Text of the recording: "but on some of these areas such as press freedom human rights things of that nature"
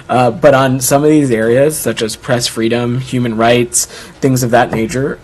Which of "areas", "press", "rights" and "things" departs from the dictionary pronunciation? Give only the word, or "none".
none